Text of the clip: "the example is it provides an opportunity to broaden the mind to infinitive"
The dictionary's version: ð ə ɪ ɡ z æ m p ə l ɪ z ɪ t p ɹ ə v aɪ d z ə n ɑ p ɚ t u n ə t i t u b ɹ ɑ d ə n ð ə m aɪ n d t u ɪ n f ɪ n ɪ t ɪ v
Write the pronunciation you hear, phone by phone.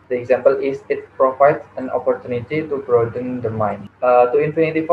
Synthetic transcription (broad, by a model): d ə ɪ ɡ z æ m p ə l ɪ s ɪ t p ɹ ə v aɪ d s ə n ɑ p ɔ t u n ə t i t u b ɹ ɑ d ə n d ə m aɪ n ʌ t u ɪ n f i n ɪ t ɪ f